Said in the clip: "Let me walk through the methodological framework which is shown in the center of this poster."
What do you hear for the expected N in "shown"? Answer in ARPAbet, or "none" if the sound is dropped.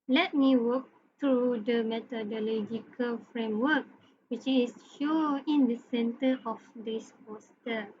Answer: none